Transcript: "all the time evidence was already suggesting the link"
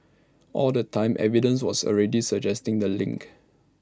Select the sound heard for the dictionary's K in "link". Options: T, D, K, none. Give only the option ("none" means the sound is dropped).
K